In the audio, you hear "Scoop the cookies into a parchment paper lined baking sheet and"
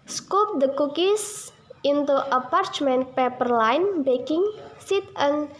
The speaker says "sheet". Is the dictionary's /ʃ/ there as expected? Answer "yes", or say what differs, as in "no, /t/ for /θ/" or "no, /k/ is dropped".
no, /s/ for /ʃ/